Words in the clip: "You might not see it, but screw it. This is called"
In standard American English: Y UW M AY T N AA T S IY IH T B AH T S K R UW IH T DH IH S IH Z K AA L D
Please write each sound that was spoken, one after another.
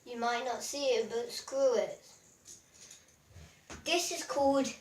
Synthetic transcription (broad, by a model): Y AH M AY T N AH T S IY IH T B AH T S K R UW IH T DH IH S IH Z K AA L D